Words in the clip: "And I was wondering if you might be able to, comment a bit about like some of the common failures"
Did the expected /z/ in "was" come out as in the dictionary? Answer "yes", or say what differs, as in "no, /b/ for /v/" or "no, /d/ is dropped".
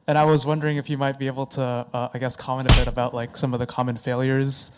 yes